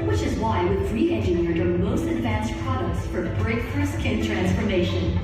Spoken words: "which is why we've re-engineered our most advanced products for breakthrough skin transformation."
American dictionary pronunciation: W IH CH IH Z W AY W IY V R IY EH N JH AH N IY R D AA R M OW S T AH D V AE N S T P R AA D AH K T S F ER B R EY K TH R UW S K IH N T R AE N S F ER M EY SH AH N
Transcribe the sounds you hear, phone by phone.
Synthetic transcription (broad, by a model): W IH CH IH Z W AY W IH R IY EH N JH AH N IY R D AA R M OW S T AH D V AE N S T P R AA D AH K T S F ER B R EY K F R S K IH N T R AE N S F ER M EY SH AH N